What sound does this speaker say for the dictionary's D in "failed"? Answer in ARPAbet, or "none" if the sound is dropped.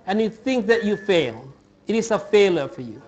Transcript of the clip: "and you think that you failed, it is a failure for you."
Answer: none